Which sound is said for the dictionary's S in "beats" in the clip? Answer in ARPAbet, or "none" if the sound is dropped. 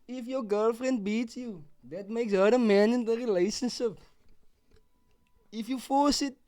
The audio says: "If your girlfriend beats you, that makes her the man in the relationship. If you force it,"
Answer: S